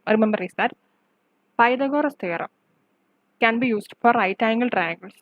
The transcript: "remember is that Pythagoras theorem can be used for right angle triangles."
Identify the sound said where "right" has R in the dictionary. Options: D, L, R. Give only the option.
R